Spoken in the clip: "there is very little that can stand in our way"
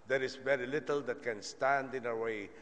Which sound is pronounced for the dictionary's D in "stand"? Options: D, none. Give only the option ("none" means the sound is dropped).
D